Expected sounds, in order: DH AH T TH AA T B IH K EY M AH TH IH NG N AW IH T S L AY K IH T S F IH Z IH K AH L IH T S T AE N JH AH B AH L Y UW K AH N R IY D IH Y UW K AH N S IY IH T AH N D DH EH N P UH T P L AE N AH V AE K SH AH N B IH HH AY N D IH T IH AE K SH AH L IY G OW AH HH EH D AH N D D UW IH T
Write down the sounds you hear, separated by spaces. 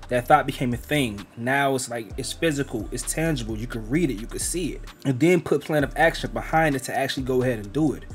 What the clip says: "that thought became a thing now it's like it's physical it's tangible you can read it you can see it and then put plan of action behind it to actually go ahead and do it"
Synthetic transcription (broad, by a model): DH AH T TH AA T B IH K EY M AH TH IH NG N AW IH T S L AY K IH T S F IH Z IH K L IH T S T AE N JH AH B L Y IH K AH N R IY D IH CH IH K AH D S IY IH T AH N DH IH N P UH T P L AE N AH V AE K SH AH N B IH HH AY N D IH T IH AE K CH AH L IY G OW AH HH EH D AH N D D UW IH T